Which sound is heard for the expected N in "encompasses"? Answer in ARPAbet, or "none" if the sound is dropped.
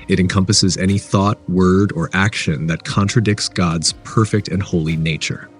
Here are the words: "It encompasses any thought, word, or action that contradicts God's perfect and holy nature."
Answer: N